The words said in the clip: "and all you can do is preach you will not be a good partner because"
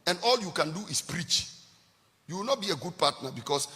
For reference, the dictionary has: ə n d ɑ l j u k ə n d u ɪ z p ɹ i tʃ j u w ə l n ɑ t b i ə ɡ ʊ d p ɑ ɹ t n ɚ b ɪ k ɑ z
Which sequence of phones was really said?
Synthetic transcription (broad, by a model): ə n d ɑ l j u k ə n d u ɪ s p ɹ i tʃ j u w ə l n ɑ t b i ə ɡ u d p ɑ t n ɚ b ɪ k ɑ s